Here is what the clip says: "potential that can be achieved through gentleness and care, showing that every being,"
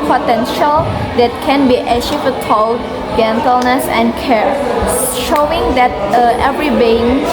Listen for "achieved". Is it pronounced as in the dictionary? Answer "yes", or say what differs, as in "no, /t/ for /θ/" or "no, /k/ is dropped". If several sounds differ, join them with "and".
no, /ʃ/ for /tʃ/